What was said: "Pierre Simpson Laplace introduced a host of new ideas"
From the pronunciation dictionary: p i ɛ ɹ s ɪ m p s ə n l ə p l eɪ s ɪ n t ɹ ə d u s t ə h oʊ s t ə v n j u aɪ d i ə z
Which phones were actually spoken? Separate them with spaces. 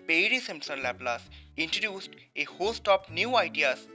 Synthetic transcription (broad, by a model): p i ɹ s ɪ m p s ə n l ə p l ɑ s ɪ n t ɹ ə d u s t ə h oʊ s t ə p n j u aɪ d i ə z